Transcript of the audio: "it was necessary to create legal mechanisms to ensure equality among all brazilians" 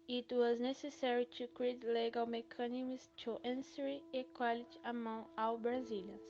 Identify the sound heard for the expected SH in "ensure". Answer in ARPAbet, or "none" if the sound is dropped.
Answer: S